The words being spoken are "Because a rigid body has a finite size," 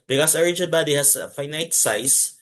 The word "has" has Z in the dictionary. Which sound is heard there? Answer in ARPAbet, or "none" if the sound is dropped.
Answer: S